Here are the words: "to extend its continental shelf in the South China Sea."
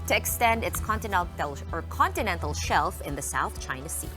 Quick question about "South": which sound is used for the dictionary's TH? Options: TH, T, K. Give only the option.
TH